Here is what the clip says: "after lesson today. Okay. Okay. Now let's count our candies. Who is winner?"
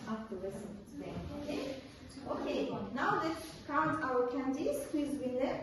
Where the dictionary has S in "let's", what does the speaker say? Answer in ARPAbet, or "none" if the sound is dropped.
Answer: none